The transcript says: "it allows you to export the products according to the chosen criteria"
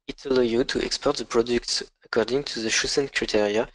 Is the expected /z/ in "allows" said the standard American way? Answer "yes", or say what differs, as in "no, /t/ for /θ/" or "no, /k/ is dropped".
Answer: no, /z/ is dropped